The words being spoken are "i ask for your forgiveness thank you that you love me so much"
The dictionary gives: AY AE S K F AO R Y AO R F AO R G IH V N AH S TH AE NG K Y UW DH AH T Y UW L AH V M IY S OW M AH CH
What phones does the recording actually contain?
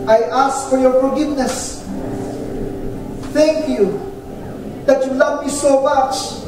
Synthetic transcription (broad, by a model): AY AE S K F AO R Y AO R F AO R G IH V N AH S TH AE NG K Y UW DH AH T Y UW L AH V M IY S OW M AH CH